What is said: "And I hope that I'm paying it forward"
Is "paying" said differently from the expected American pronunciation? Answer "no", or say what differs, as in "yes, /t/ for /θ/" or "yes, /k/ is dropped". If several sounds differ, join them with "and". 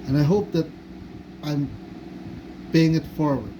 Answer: yes, /b/ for /p/